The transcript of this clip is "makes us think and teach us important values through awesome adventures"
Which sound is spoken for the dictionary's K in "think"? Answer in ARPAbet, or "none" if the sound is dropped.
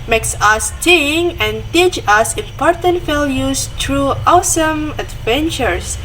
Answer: none